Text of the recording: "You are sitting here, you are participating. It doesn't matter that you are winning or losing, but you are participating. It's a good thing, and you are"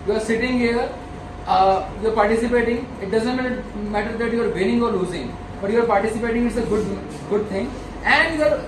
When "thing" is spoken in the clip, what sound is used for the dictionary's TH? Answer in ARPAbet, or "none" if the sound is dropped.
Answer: T